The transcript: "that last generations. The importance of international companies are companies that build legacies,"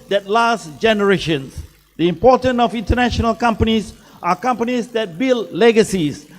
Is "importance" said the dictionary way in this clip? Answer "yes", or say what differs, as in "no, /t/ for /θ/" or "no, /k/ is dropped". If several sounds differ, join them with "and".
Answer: no, /s/ is dropped